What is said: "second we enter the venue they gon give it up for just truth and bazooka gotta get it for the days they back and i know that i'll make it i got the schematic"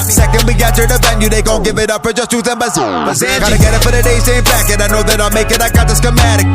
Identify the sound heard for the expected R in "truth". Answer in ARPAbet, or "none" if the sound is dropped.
none